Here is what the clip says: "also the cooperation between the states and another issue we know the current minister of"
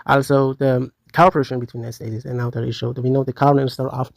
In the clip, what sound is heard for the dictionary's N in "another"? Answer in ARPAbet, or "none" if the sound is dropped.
none